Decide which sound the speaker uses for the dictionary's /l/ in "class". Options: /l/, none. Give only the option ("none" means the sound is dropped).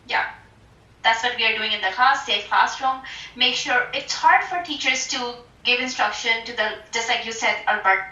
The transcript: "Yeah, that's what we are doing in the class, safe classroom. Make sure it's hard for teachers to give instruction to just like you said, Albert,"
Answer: none